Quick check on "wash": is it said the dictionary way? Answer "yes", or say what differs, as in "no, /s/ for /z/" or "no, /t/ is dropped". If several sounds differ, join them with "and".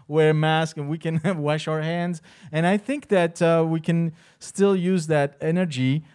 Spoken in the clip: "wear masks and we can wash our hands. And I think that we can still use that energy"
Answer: yes